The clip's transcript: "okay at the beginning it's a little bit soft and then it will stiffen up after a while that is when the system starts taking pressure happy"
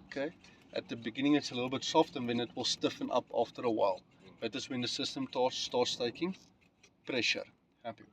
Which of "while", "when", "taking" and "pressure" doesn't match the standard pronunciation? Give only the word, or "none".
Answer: none